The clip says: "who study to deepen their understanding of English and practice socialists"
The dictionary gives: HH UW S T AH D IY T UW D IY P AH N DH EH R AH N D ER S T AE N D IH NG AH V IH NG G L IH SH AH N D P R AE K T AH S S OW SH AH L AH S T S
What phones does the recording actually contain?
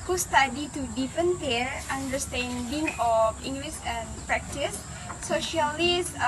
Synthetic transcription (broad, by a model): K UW S T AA D IY T UW D IY P AH N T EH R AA N D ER S T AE N D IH NG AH F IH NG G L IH S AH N P R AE K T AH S S OW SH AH L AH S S